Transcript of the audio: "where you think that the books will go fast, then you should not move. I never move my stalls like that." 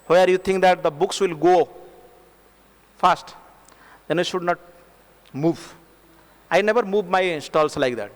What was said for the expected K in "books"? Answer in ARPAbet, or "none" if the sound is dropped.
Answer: K